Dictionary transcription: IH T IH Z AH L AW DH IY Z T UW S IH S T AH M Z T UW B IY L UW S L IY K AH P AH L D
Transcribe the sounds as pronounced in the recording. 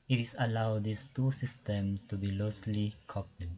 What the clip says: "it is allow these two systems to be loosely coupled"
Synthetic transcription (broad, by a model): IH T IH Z AH L AW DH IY S T UW S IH S T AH M T UW B IY L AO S L IY K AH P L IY